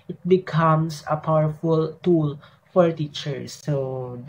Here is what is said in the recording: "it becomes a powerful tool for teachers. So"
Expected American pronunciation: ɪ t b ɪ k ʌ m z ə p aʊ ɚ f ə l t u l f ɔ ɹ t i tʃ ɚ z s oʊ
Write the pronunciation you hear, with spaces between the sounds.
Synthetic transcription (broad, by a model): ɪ t b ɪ k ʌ m s ə p aʊ ɚ f ə l t u l f ɔ ɹ t i tʃ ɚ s oʊ